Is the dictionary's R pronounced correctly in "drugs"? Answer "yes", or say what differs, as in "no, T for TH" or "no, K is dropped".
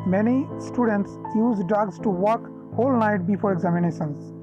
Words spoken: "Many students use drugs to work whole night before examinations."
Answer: no, R is dropped